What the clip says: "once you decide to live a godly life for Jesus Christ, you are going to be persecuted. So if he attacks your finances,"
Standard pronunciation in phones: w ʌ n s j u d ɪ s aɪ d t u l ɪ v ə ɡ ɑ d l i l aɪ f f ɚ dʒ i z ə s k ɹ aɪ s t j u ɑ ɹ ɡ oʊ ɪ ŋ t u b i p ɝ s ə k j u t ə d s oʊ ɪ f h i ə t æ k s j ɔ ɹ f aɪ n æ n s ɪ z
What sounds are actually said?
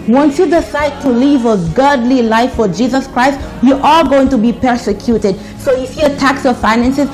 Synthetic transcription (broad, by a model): w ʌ n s j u d ɪ s aɪ d t u l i v ə ɡ ɑ d l i l aɪ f f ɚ dʒ i z ə s k ɹ aɪ s t j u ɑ l ɡ oʊ ɪ ŋ t u b i p ɝ s ə k j u t ə d s oʊ ɪ f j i ə t æ k s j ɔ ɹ f aɪ n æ n s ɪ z